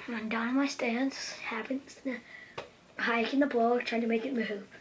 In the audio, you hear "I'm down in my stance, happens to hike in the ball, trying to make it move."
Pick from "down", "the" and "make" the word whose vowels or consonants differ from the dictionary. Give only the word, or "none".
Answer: down